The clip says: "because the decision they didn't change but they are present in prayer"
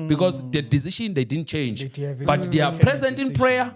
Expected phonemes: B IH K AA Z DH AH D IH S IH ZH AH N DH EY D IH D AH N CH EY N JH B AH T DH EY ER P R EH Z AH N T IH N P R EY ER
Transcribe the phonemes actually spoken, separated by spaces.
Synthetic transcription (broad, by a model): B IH K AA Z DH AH D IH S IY SH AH N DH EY D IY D N CH EY N JH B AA T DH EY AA P R EH Z AH N T IH N P R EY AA